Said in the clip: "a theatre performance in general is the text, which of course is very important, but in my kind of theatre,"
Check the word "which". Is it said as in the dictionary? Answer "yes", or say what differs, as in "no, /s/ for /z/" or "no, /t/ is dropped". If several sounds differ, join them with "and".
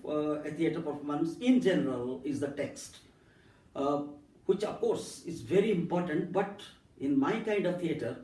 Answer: yes